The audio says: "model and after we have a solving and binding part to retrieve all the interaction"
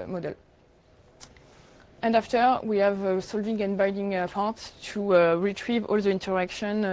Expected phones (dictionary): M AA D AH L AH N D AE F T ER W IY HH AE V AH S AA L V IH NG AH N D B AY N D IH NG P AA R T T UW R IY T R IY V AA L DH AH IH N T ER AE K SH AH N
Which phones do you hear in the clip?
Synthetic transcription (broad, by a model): M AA D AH L AH N D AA F T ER W IY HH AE V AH S AA L V IH NG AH N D B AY D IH NG P AA R T T UW R IY T R IY V AA L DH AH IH N T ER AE K SH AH N